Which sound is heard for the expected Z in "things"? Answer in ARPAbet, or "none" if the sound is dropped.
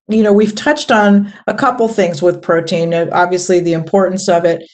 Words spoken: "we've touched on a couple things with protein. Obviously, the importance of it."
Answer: Z